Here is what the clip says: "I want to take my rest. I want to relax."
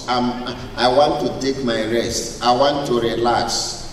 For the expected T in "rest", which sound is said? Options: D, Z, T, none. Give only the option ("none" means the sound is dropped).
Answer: T